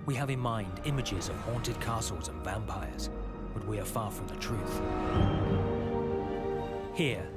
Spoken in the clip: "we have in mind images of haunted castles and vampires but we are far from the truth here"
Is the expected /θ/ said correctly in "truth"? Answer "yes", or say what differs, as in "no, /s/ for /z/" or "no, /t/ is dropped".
yes